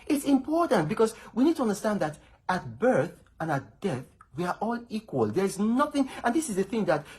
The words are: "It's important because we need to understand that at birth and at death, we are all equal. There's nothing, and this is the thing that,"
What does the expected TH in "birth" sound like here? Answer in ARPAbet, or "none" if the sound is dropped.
TH